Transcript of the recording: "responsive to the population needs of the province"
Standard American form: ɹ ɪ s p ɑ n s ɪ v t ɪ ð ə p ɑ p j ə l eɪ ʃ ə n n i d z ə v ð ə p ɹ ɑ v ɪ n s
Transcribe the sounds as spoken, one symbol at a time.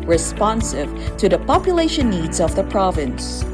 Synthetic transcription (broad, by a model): ɹ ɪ s p ɑ n s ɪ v t ɪ ð ə p ɑ p j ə l eɪ ʃ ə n n i d z ə v ð ə p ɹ ɑ v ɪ n s